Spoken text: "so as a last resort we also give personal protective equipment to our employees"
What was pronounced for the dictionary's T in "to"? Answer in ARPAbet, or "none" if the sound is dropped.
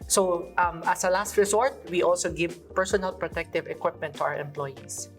T